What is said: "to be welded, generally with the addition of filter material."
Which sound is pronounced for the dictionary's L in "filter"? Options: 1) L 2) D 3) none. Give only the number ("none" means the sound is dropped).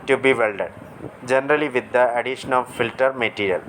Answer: 1